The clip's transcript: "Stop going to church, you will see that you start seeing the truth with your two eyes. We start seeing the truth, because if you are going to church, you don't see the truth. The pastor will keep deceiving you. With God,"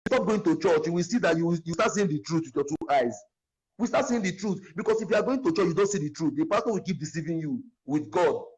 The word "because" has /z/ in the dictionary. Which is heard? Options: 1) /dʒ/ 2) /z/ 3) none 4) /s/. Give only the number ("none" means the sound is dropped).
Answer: 4